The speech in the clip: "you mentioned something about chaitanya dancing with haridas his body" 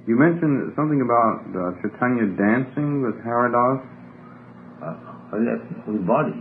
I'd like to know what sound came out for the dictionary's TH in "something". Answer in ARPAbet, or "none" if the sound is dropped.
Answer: TH